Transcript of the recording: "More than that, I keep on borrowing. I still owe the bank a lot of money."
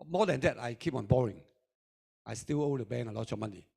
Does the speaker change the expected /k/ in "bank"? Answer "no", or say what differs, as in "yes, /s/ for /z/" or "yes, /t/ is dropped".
yes, /k/ is dropped